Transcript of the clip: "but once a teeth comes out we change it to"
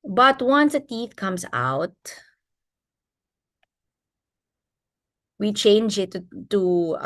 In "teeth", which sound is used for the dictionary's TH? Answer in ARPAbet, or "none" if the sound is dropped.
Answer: TH